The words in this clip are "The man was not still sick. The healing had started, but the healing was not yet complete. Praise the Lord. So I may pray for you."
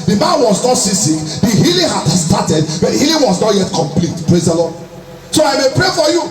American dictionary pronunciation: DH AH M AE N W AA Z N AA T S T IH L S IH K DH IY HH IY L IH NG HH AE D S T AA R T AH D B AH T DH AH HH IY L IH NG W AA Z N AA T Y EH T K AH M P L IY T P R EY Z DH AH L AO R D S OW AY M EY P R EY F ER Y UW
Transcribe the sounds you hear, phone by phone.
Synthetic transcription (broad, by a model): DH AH M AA N W AA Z N AA T S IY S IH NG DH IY HH IY L IH NG HH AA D S T AA T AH D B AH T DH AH HH IY L IH NG W AA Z N AA T Y EH T K AH M P L IY T P R EY Z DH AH L AO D S OW AY M EY P R EY F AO Y UW